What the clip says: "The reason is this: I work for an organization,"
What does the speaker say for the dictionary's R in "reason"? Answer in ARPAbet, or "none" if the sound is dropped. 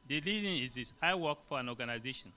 L